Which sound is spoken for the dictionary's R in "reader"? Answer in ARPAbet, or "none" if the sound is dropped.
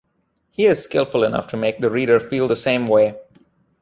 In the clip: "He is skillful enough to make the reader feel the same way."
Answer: R